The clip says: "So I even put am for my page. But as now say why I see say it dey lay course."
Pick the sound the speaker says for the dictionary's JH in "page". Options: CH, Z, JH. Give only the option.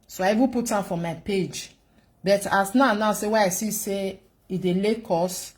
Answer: JH